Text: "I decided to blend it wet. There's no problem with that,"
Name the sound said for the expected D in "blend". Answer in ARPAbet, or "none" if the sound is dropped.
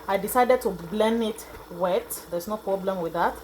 none